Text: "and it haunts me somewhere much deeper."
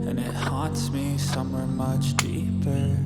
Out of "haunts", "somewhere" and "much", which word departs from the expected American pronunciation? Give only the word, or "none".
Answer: haunts